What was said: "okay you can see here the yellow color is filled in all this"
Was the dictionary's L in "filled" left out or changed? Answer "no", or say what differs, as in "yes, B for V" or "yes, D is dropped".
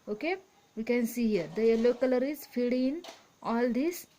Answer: yes, L is dropped